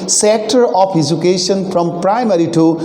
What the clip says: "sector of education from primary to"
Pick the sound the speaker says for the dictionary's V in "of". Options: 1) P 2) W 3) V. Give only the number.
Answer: 1